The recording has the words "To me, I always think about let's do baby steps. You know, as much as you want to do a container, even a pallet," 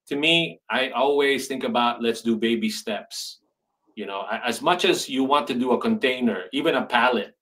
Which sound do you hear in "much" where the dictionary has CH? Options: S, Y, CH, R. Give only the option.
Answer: CH